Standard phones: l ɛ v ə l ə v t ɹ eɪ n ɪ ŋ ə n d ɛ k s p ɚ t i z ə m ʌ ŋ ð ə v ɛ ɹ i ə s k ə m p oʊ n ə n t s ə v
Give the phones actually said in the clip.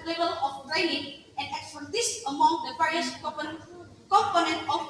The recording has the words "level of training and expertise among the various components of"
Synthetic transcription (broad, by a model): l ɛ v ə l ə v t ɹ eɪ n ɪ ŋ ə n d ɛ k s f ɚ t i s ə m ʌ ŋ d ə p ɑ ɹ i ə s k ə m p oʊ n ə n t ə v